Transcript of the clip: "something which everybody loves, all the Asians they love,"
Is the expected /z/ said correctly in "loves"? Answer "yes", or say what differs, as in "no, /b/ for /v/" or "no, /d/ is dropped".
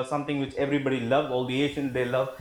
no, /z/ is dropped